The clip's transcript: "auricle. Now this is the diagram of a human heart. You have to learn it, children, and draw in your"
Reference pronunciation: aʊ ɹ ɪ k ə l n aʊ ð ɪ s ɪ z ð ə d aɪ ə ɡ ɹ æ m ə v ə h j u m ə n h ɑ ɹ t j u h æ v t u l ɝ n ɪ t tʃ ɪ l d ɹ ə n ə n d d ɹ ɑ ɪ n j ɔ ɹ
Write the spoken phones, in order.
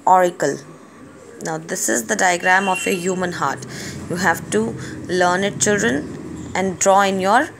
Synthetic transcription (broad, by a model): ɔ ɹ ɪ k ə l n aʊ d ɪ s ɪ z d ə d aɪ ə ɡ ɹ æ m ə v ə h j u m ə n h ɑ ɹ t j u h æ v t u l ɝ n ɪ t tʃ ɪ l d ɹ ə n ə n d d ɹ ɑ ɪ n j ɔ ɹ